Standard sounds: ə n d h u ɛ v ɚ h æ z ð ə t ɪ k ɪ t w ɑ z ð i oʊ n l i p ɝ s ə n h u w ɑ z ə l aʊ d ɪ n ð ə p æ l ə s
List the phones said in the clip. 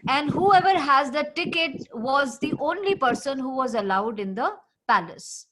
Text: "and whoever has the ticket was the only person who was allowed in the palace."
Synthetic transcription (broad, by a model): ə n d h u ɛ v ɚ h æ z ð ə t ɪ k ɪ t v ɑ z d i oʊ n l i p ɝ s ə n h u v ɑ z ə l aʊ d ɪ n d ə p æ l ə s